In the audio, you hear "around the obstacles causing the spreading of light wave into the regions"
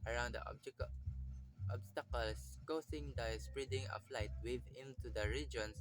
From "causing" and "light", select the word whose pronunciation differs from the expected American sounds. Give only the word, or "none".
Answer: causing